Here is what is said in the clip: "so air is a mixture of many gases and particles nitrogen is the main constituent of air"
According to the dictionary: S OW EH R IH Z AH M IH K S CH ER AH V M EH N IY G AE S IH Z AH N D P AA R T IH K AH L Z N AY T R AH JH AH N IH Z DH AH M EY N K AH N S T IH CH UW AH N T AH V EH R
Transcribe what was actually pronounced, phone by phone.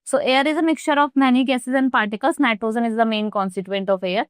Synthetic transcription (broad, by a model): S OW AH R IH Z AH M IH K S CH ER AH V M EH N IY G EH S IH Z AH N D P AA R T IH K AH L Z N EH T AH Z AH N IH Z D AH M EY N K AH N S T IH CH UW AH N T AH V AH R